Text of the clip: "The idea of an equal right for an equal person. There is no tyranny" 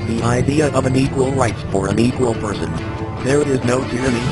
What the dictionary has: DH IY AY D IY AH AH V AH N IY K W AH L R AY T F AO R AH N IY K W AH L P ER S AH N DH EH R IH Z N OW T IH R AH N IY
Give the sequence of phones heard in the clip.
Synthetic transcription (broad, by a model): DH IY AY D IY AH AH V AH N IY K W AH L R AY T P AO R AH N IY K W AH L P ER S AH N DH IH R IH Z N OW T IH R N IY